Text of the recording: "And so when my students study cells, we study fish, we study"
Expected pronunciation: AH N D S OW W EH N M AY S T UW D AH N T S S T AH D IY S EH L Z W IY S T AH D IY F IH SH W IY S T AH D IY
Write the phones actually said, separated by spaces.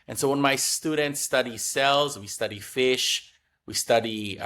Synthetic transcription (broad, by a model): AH N S OW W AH N M AY S T UW D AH N T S S T AH D IY S EH L Z W IY S T AH D IY F IH SH W IY S T AH D IY